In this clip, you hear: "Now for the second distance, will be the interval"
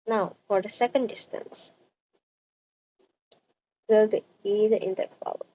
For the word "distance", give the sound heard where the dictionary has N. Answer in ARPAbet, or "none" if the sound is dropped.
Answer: N